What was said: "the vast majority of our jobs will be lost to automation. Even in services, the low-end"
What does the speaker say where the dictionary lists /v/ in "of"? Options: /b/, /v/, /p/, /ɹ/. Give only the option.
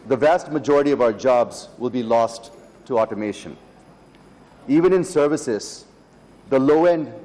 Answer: /v/